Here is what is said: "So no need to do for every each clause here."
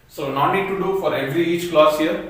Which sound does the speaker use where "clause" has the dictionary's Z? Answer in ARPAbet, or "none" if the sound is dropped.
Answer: S